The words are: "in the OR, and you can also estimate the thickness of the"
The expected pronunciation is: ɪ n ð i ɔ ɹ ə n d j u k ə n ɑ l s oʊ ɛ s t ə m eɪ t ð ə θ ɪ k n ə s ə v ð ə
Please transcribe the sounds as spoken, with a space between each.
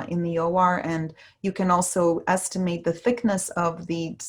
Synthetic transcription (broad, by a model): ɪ n ð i ɔ ɹ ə n j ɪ k ə n ɑ l s oʊ ɛ s t ə m eɪ t ð ə θ ɪ k n ə s ə v ð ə